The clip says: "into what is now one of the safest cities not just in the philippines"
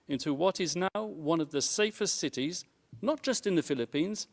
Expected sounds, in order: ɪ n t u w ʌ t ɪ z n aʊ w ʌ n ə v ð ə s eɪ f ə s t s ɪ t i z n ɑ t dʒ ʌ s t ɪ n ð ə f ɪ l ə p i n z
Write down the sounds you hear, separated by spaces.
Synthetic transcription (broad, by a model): ɪ n t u w ʌ t ɪ z n aʊ w ʌ n ə v ð ə s eɪ f ə s t s ɪ t i z n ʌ t dʒ ʌ s t ɪ n ð ə f ɪ l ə p i n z